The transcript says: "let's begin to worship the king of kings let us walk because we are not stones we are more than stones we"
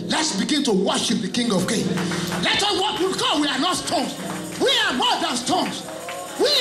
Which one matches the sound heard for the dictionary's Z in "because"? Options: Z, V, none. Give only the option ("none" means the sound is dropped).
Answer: none